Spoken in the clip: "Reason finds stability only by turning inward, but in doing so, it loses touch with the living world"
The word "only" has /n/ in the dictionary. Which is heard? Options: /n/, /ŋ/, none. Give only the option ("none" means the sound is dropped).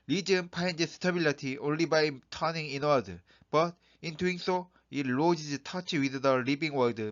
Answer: /n/